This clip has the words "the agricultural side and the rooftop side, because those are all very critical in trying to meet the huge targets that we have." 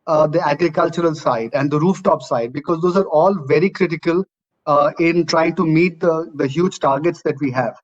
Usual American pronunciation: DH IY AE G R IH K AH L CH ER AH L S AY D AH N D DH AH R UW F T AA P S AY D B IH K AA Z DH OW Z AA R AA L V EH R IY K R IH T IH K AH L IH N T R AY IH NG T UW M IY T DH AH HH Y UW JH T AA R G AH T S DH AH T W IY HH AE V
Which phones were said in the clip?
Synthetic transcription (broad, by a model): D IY AE G R IH K AH L CH ER AH L S AY D AH N D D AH R UW F T AA P S AY D B IH K AA Z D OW Z AA R AA L V EH R IY K R IH T IH K AH L IH N T R AY IH NG T UW M IY T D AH HH Y UW JH T AA R G AH T S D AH T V IY HH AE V